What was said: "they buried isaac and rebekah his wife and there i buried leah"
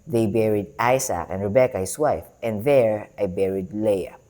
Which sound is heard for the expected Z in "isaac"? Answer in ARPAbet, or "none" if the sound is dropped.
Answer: S